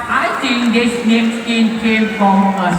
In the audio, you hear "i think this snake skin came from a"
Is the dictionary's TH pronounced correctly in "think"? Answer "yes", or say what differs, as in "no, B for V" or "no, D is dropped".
no, T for TH